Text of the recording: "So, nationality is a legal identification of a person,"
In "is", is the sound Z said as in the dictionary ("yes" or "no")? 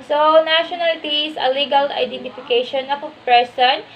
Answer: no